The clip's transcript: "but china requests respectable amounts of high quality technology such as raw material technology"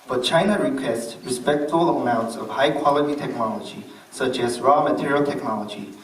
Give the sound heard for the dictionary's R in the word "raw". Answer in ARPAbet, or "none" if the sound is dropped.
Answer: R